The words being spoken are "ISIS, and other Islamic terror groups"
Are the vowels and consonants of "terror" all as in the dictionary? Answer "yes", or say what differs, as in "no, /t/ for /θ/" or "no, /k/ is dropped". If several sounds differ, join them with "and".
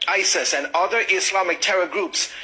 yes